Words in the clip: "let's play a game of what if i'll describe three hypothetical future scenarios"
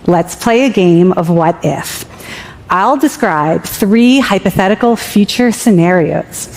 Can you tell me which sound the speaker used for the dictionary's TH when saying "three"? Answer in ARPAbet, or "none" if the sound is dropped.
TH